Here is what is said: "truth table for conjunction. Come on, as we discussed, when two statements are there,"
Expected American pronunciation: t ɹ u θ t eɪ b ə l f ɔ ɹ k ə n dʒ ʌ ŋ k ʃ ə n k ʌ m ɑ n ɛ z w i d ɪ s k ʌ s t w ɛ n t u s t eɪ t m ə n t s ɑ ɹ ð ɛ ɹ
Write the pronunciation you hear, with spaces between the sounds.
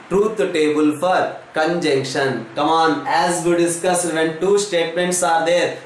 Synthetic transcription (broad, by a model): t ɹ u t t eɪ b ə l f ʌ ɹ k ə n dʒ ʌ ŋ k ʃ ə n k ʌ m ɑ n ɛ z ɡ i d ɪ s k ʌ s t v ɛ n t u s t eɪ t m ə n t s ɑ ɹ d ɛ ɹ